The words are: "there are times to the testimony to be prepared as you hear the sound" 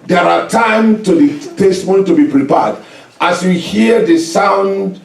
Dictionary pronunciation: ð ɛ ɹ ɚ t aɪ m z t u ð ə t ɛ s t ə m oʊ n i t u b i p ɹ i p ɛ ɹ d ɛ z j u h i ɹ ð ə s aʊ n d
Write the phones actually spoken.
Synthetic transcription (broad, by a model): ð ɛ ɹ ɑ t aɪ m t u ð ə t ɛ s t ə m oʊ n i t u b i p ɹ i p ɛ d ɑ s j u h i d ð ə s aʊ n d